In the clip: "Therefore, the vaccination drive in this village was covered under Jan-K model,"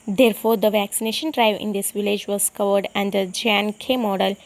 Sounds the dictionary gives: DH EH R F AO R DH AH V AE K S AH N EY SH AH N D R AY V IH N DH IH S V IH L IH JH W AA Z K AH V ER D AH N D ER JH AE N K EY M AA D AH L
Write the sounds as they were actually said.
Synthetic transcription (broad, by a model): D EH R F AO R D AH V AE K S AH N EY SH AH N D R AY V IH N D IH S V IH L IH JH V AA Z K AH V ER D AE N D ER JH AE N K EY M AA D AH L